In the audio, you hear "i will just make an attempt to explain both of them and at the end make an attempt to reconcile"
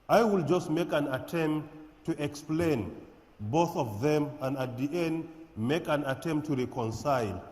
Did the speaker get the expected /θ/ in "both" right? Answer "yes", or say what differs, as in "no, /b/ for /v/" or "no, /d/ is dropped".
yes